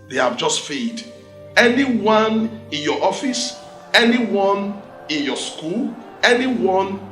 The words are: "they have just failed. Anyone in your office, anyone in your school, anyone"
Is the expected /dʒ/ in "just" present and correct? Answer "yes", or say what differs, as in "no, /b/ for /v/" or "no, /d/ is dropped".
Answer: yes